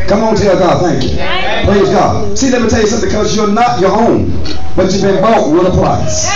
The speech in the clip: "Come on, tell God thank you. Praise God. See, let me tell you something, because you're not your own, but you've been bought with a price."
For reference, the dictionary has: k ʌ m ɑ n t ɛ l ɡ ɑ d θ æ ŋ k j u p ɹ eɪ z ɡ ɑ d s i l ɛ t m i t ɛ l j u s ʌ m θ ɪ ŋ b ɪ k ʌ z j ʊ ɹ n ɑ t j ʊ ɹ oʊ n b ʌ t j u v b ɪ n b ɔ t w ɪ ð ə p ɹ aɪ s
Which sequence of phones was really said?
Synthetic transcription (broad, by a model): k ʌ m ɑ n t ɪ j ɡ ɑ d θ æ ŋ k j u p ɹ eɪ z ɡ ɑ d s i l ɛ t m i t ɛ l j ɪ s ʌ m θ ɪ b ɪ k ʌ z j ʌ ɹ n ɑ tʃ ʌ ɹ oʊ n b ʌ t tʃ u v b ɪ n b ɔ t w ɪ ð ə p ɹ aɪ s